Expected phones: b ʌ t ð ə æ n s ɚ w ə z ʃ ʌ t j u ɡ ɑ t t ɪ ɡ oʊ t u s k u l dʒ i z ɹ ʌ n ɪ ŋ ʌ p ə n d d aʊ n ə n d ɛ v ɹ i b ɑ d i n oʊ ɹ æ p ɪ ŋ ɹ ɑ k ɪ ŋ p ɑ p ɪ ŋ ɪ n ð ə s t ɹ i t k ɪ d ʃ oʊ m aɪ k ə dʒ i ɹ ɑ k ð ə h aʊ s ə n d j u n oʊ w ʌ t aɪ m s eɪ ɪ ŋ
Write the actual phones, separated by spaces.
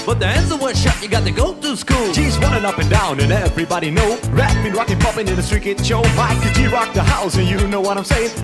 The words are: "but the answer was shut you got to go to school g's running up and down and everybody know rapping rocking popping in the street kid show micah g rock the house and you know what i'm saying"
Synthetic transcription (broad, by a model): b ʌ t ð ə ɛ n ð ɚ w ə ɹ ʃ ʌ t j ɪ ɡ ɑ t t ɪ ɡ oʊ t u s k u l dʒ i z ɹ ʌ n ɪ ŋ ʌ p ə n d d aʊ n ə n ɛ v ɹ i b ɑ d i n oʊ ɹ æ b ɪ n ɹ ɑ k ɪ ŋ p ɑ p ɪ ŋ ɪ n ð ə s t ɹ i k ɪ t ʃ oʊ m aɪ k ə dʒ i ɹ ɑ k ð ə h aʊ s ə n j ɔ n oʊ w ʌ t aɪ m s eɪ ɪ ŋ